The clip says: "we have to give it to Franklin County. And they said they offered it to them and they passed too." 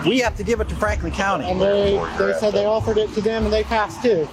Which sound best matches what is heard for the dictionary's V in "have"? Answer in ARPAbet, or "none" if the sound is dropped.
F